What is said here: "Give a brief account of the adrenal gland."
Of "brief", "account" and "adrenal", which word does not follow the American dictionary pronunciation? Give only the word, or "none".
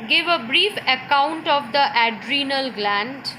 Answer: none